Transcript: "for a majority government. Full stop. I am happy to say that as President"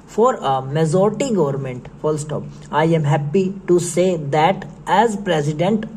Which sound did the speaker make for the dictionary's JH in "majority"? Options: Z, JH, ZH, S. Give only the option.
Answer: Z